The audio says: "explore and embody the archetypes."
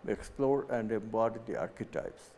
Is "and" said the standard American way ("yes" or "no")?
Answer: yes